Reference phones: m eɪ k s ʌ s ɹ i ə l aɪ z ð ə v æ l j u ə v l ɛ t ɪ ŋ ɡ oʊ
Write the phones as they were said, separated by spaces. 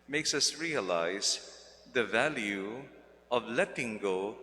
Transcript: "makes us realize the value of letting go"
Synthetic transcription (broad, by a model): m eɪ k s ʌ s ɹ i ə l aɪ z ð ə v æ l j u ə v l ɛ t ɪ ŋ ɡ oʊ